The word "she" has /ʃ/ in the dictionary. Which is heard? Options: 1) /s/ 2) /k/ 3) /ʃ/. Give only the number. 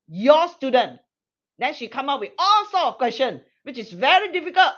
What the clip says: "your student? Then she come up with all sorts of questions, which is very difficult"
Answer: 3